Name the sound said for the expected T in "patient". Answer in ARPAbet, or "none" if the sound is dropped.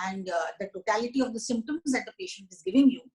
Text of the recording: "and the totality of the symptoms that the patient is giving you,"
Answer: T